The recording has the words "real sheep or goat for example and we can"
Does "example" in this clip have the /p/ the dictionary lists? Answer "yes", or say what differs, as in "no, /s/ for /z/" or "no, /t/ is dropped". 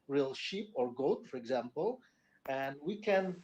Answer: yes